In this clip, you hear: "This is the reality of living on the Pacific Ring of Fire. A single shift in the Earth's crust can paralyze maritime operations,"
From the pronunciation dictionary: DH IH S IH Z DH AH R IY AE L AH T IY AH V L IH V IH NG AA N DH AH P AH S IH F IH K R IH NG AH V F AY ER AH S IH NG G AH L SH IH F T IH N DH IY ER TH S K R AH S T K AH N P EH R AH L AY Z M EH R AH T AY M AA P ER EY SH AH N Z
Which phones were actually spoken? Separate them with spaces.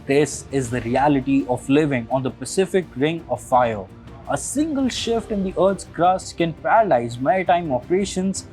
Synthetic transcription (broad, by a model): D IH S IH Z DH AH R IY AE L AH T IY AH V L IH V IH NG AA N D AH P AH S IH F IH K R IH NG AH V F AY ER AH S IH NG G AH L SH IH F T IH N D IY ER T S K R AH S K AH N P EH R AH L AY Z M EH R AH T AY M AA P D EY SH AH N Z